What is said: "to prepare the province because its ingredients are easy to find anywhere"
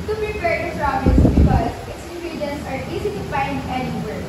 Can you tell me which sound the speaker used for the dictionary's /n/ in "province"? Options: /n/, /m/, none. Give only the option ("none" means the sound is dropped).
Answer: none